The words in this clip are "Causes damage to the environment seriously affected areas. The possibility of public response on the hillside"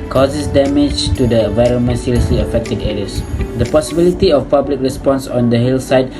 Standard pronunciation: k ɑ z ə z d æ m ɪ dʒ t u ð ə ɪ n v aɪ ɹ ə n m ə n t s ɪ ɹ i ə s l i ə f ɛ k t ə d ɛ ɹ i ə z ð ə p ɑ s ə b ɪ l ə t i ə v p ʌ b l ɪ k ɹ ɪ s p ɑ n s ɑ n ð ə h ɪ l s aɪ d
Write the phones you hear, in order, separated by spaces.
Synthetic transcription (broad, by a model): k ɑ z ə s d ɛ m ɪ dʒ t u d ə ɪ n v aɪ ɹ ə n m ə n t s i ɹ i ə s l i ə f ɛ k t ə d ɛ ɹ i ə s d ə p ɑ s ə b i l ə t i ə f p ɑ b l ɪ k ɹ ɪ s p ɑ n s ɑ n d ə h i l s aɪ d